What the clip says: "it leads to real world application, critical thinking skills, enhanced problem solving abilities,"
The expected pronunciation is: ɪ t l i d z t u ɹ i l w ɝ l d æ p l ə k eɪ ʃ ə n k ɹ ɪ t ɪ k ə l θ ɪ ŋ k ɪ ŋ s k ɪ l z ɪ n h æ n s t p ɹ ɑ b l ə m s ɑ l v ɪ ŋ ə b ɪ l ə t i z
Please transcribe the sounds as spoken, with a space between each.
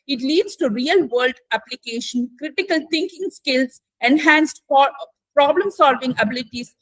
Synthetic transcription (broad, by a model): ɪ t l i d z t u ɹ i l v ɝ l d æ p l ə k eɪ ʃ ə n k ɹ ɪ t ɪ k ə l t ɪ ŋ k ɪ ŋ s k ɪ l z ɪ n h æ n s t p ɹ ɑ b l ə m s ɑ l v ɪ ŋ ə b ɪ l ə t i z